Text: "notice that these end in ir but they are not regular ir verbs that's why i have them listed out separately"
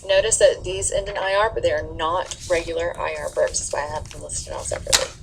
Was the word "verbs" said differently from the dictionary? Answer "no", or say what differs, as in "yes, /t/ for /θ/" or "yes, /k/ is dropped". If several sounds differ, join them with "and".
yes, /b/ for /v/